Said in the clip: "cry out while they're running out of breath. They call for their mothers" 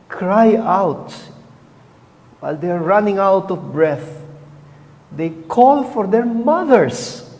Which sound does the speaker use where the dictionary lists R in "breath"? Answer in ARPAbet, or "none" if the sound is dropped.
R